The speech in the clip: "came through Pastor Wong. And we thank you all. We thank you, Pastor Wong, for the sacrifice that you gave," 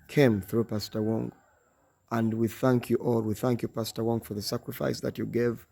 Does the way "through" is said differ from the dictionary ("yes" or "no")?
no